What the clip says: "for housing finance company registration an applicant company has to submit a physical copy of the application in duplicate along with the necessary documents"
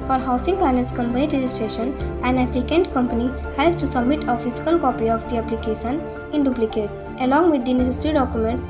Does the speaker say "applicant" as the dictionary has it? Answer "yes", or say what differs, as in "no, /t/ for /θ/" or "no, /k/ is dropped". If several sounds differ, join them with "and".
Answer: yes